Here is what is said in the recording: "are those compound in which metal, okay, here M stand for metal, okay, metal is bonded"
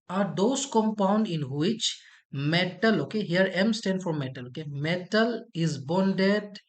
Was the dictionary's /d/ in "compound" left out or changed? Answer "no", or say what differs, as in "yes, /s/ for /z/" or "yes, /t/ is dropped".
no